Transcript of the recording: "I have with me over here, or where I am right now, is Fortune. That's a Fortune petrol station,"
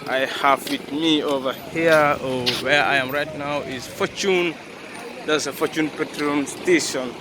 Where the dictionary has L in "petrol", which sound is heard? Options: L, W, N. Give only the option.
N